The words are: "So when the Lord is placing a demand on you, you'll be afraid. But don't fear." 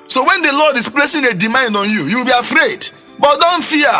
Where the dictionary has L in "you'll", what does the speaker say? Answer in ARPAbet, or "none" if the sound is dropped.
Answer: W